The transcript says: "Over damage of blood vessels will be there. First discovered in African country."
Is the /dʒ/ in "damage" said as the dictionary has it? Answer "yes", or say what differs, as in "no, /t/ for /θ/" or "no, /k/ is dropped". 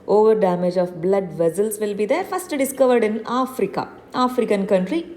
yes